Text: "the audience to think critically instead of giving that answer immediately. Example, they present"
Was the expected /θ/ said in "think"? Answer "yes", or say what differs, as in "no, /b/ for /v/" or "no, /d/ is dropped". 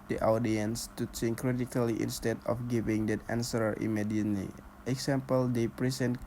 no, /s/ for /θ/